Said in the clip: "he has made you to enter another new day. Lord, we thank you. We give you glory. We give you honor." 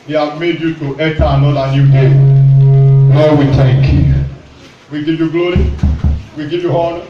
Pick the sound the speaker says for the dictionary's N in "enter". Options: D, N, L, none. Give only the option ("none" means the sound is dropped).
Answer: none